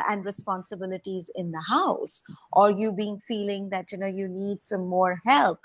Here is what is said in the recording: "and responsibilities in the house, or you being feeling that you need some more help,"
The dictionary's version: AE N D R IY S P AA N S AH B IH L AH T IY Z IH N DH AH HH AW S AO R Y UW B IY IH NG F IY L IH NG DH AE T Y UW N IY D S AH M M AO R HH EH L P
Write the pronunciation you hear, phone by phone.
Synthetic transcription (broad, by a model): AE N D R IY S P AA N S AH B IH L AH T IY Z IH N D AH HH AW S AO R Y UW B IY IH NG F IY L IH NG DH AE T Y UW N IY D S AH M M AO R HH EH L P